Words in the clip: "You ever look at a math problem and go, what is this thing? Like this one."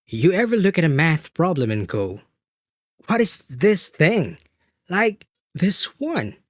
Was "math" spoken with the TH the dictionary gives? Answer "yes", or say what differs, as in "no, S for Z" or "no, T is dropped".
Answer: yes